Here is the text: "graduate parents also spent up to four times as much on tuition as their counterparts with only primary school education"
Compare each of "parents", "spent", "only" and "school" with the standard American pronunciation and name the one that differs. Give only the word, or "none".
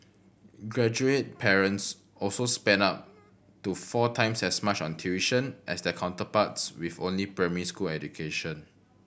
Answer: spent